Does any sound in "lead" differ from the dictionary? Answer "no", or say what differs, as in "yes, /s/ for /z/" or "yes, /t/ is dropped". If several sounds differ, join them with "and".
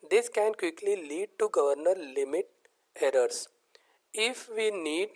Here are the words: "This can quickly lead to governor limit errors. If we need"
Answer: no